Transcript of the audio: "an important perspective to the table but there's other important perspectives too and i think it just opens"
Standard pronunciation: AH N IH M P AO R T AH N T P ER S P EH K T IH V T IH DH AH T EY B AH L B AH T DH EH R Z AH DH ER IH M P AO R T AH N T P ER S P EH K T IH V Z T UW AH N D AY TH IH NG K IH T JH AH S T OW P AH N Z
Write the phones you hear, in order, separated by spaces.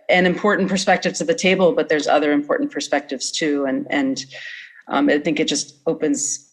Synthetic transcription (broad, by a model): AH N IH M P AO R T N P ER S P EH K T IH V T IH DH AH T EY B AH L B AH T DH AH R Z AH DH ER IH M P AO R T N P ER S P EH K T IH V Z T UW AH N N AY TH IH NG K IH T JH AH S T OW P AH N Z